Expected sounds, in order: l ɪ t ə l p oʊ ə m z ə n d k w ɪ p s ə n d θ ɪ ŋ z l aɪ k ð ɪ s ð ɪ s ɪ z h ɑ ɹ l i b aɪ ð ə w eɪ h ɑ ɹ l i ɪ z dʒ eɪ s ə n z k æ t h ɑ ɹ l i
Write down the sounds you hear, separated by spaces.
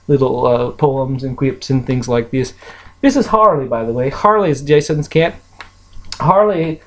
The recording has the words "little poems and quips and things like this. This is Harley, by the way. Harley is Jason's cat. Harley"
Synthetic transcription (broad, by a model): l ɪ t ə p oʊ ə m z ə n k w ɪ p s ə n θ ɪ ŋ z l aɪ k ð ɪ s ð ɪ s ɪ z h ɑ ɹ l i b aɪ ð ə w eɪ h ɑ ɹ l i ɪ z dʒ eɪ s ə n z k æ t h ɑ ɹ l i